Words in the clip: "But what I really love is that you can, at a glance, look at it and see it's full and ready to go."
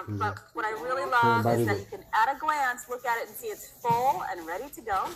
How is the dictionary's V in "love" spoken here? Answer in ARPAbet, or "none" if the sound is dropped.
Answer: B